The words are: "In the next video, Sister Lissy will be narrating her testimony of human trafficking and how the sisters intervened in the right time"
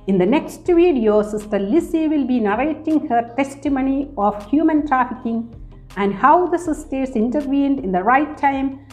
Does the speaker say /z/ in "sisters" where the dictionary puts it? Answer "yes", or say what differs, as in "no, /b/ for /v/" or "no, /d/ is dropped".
no, /s/ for /z/